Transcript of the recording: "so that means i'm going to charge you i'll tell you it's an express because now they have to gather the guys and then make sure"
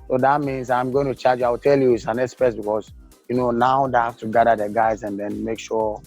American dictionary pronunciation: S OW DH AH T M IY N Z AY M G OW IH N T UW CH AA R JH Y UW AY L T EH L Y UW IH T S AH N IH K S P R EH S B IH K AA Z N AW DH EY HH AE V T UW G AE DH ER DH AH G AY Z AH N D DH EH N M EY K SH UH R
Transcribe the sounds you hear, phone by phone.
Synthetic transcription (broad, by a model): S OW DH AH T M IY N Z AY M G OW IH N T UW CH AA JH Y AY W T EH L Y UW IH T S AH N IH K S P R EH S B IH K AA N N AW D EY HH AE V T UW G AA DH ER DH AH G AY Z AH N D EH N M EY K SH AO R